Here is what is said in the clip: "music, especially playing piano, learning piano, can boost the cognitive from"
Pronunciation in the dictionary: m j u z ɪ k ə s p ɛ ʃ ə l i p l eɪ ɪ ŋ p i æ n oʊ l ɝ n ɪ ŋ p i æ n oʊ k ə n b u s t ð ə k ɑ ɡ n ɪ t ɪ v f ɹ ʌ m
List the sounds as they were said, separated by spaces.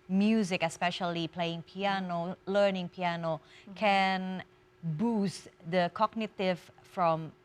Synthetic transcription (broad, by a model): m j u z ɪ k ə s p ɛ ʃ ə l i p l eɪ ɪ ŋ p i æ n oʊ l ɝ n ɪ ŋ p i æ n oʊ k ə n b u s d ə k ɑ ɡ n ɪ t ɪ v f ɹ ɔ m